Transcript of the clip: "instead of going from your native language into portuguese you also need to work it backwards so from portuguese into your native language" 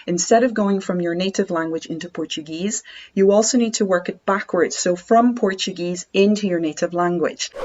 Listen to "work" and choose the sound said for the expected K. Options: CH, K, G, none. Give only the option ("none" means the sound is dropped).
K